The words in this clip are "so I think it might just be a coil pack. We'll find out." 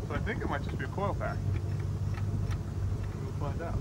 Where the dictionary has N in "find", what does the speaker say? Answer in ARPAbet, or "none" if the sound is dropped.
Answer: none